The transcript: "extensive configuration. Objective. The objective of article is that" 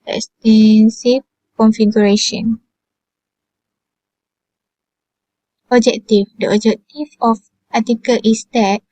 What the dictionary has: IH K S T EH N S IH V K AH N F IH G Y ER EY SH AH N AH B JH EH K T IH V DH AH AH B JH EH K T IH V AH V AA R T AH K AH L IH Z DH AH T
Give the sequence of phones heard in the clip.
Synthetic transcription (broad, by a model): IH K S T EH N S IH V K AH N F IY G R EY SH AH N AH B JH EH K T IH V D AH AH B JH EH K T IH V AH P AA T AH K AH L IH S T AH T